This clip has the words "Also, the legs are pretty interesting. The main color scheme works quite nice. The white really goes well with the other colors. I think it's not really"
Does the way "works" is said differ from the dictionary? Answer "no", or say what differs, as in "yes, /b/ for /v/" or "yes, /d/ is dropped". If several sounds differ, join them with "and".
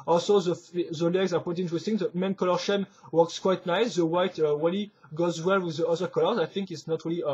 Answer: no